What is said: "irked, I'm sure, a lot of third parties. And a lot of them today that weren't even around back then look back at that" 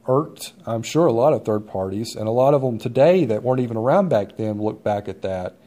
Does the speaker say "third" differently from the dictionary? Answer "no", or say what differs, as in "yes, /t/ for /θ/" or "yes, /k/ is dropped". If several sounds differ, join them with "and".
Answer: no